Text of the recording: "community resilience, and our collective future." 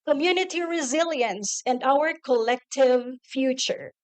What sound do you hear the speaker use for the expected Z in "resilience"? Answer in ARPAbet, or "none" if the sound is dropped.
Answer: Z